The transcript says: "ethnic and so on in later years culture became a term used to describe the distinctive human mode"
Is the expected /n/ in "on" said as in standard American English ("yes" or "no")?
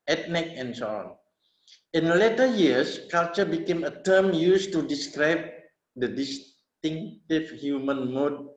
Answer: yes